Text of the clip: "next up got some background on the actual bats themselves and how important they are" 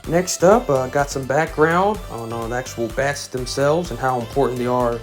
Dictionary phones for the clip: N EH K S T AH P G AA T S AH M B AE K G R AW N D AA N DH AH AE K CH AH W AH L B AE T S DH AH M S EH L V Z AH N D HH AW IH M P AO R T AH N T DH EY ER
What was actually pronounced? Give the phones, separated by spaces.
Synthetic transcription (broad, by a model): N EH K S T AH P G AA T S AH M B AE K G R AW N D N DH AE K CH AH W L B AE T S DH AH M S EH L V Z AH N HH AW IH M P AO R T N DH EY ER